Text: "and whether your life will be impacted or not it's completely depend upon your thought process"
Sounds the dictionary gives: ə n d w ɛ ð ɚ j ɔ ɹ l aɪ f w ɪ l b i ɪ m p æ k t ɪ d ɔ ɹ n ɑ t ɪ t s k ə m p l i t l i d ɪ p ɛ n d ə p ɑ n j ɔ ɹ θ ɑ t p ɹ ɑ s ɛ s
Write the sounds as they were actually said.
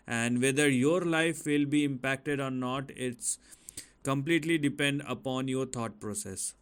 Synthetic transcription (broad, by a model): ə n d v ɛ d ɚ j ɔ ɹ l aɪ f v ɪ l b i ɪ m p æ k t ɪ d ɔ ɹ n ɑ t ɪ t s k ə m p l i t l i d ɪ p ɛ n d ə p ɑ n j ɔ ɹ t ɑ t p ɹ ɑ s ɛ s